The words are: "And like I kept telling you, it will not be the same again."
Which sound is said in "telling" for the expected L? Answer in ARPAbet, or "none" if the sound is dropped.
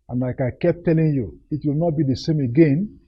L